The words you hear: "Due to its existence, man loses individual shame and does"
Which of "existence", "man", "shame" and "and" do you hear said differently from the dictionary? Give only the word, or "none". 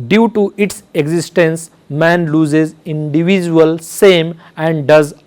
shame